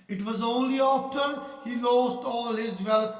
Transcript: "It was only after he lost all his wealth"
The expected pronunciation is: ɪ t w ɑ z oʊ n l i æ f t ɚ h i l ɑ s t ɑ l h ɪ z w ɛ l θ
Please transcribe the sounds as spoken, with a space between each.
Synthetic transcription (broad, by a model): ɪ t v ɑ z oʊ n l i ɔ p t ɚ h i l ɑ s t ɑ l h ɪ z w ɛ l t